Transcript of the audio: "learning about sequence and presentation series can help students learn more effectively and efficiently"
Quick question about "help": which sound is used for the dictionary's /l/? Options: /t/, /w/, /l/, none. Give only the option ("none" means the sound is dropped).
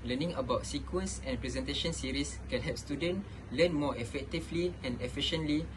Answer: none